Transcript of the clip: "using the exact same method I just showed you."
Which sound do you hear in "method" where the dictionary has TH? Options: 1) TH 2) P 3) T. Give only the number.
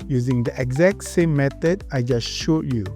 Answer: 3